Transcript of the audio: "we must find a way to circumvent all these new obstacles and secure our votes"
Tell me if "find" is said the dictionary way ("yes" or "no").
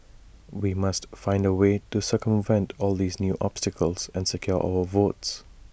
yes